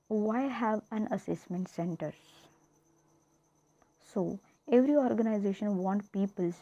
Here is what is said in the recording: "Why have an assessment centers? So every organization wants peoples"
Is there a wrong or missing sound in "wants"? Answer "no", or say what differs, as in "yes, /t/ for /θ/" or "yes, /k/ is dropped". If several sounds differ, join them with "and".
yes, /s/ is dropped